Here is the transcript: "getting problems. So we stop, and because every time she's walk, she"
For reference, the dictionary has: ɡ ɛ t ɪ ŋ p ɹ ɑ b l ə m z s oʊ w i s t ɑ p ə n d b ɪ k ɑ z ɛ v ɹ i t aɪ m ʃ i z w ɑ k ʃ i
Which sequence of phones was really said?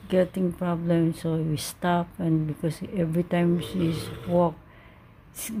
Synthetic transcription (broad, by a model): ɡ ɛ t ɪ ŋ p ɹ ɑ b l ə m s oʊ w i s t ɑ p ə n b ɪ k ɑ s ɛ v ɹ i t aɪ m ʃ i s w ɑ k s